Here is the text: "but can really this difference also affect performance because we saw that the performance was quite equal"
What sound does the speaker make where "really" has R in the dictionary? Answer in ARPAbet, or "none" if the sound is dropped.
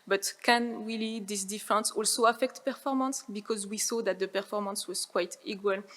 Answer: W